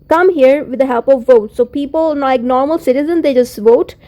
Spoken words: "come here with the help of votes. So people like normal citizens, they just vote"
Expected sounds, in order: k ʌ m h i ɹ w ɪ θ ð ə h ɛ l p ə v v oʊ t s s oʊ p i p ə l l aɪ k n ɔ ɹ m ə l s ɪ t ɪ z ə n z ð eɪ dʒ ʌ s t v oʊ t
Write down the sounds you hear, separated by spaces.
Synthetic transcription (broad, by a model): k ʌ m h i ɹ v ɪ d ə h ɛ l p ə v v oʊ t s s oʊ p i p ə l n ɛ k n ɔ ɹ m ə l s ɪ t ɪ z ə n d eɪ dʒ ʌ s t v oʊ t